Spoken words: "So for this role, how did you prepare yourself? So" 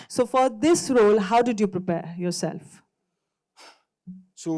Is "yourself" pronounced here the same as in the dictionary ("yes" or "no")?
yes